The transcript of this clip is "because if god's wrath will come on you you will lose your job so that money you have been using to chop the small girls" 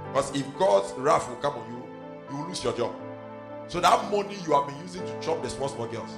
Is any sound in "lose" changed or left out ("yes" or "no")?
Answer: yes